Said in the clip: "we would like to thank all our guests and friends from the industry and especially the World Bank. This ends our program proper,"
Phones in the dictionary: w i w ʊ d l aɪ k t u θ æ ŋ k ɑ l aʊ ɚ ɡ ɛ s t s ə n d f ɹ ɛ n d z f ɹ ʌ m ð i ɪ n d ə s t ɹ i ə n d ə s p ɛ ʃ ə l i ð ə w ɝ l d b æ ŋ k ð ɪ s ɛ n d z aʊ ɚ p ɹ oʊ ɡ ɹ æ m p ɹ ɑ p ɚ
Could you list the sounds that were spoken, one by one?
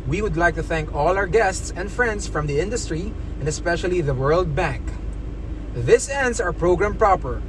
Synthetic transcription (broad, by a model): w i w ʊ d l aɪ k t u θ æ ŋ k ɑ l aʊ ɚ ɡ ɛ s t s ə n d f ɹ ɛ n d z f ɹ ʌ m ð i ɪ n d ə s t ɹ i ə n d ə s p ɛ ʃ ə l i ð ə w ɝ l d b æ ŋ k ð ɪ s ɛ n d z aʊ ɚ p ɹ oʊ ɡ ɹ æ m p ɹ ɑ p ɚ